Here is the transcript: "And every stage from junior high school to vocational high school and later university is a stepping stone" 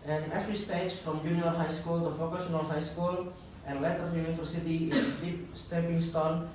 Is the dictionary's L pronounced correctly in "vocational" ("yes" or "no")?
no